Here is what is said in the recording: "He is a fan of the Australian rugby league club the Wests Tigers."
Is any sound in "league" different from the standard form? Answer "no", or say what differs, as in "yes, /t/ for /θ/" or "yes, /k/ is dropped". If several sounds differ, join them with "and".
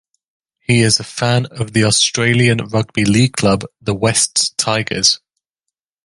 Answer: no